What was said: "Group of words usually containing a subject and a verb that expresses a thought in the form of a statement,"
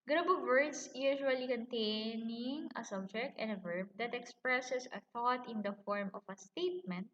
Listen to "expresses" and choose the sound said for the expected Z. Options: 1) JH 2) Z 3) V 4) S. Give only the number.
4